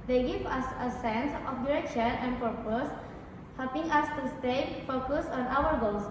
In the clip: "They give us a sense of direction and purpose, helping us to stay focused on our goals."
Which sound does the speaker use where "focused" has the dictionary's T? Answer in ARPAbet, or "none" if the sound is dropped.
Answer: none